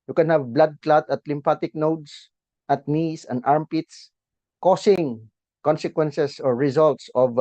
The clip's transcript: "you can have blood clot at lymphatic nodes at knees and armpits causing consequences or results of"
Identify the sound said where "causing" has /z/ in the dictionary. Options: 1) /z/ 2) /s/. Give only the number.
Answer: 2